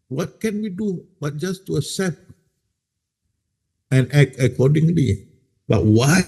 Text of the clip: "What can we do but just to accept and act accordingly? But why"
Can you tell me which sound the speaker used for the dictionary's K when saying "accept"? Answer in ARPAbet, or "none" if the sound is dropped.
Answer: none